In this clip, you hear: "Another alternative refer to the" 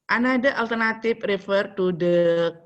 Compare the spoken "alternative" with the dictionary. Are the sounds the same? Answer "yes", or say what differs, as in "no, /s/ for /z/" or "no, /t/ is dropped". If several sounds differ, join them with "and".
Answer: no, /p/ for /v/